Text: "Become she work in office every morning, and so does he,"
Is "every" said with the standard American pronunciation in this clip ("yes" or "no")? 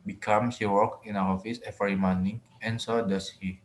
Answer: no